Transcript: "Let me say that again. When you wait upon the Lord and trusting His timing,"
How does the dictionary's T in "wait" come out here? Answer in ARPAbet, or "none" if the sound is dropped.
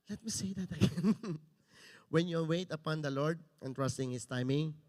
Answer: T